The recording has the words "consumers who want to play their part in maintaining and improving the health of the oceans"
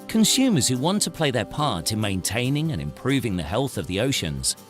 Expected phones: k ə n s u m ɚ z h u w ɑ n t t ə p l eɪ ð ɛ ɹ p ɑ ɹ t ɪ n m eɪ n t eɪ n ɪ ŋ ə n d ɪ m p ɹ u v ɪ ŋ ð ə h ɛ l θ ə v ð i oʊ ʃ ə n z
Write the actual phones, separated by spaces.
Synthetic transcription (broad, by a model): k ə n s u m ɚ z h u w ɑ n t t ə p l eɪ ð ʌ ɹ p ɑ ɹ t ɪ n m eɪ n t eɪ n ɪ ŋ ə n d ɪ m p ɹ u v ɪ ŋ ð ə h ɛ l θ ə v ð i oʊ ʃ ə n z